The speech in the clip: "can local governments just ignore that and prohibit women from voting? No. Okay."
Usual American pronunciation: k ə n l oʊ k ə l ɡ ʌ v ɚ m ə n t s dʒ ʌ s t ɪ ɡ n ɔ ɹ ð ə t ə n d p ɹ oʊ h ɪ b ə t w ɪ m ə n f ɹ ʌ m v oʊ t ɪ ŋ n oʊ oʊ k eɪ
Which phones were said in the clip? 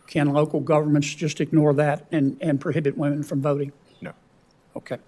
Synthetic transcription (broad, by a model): k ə n l oʊ k l ɡ ʌ v ɚ m ə n t s dʒ ʌ s t ɪ ɡ n ɔ ɹ ð ə t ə n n p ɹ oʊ h ɪ b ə t w ɪ m ə n f ɹ ʌ m v oʊ t ɪ ŋ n oʊ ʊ k eɪ